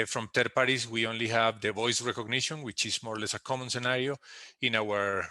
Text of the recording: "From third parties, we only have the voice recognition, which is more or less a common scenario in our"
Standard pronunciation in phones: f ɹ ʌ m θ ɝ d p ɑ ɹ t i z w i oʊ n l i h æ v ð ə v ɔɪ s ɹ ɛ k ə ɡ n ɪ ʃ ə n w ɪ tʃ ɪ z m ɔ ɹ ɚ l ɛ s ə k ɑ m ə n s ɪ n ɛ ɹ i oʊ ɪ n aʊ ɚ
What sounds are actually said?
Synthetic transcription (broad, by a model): f ɹ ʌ m t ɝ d p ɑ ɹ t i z w i oʊ n l i h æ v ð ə v ɔɪ s ɹ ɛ k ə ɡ n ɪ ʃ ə n w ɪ tʃ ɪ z m ɔ ɹ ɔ l ɛ s ə k ɑ m ə n s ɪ n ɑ ɹ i oʊ ɪ n aʊ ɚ